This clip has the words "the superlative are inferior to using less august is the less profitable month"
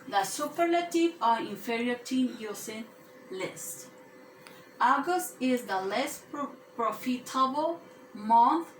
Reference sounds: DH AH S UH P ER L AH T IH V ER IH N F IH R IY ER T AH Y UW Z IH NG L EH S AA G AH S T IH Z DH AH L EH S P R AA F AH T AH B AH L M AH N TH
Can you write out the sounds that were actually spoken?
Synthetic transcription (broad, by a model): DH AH S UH P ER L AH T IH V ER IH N F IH R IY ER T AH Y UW S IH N L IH S AA G AH S T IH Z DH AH L EH S P R AA F AH T AH B AH L M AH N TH